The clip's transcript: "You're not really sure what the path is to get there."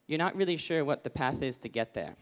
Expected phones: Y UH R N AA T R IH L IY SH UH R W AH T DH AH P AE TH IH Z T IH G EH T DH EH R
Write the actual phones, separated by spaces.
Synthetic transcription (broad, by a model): Y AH R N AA T R IH L IY SH UH R W AH T DH AH P AE TH IH Z T IH G EH T DH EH R